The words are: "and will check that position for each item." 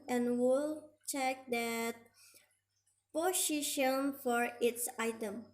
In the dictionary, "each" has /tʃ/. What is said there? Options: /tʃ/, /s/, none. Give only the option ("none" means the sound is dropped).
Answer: /s/